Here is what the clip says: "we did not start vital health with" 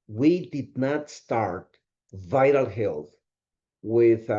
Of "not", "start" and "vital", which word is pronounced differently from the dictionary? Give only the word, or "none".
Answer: none